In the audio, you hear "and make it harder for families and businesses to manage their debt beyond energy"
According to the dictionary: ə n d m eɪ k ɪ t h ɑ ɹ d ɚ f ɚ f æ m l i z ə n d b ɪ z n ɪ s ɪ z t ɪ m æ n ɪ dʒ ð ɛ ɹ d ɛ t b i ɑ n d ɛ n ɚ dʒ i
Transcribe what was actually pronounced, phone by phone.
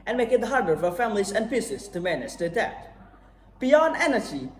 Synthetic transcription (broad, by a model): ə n m eɪ k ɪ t h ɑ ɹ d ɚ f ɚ f æ m l i z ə n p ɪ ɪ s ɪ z t ɪ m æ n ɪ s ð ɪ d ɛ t b i ɑ n d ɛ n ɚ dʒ i